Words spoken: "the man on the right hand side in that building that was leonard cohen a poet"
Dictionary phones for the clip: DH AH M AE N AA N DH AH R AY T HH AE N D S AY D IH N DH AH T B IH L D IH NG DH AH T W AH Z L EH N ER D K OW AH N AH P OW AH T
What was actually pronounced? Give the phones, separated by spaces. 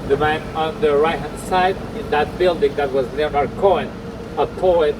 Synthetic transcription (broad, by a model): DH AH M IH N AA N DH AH R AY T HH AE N S AY D IH N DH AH T B IH L D IH NG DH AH T W AH Z N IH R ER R K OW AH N AH P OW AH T